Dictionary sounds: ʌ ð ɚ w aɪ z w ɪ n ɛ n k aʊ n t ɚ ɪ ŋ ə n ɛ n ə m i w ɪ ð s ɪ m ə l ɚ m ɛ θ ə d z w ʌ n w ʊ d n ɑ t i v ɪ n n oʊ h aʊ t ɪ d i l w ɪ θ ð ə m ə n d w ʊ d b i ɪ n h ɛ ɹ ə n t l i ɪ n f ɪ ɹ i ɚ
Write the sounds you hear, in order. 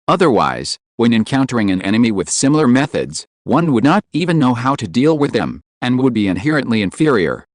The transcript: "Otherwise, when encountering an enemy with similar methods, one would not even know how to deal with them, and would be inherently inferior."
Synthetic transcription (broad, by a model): ʌ ð ɚ w aɪ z w ɪ n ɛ n k aʊ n t ɚ ɪ ŋ ə n ɛ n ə m i w ɪ ð s ɪ m l ɚ m ɛ θ ə d z w ʌ n w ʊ d n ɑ t i v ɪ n n oʊ h aʊ t ɪ d i l w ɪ ð ə m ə n w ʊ d b i ɪ n h ɛ ɹ ə n t l i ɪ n f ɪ ɹ i ɚ